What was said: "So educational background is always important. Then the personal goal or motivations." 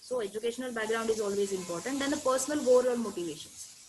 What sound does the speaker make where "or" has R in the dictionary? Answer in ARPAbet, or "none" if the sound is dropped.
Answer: L